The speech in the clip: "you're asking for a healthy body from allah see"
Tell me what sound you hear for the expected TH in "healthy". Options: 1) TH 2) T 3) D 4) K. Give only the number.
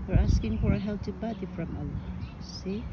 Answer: 2